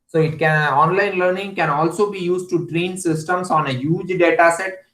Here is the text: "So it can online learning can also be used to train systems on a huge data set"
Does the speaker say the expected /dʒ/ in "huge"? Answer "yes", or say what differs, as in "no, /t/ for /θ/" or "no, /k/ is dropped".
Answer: yes